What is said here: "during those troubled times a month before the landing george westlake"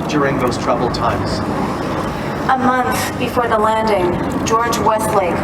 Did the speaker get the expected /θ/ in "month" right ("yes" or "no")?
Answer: yes